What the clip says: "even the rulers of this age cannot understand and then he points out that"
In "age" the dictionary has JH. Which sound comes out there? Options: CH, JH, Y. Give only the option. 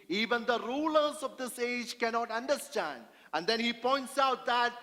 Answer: JH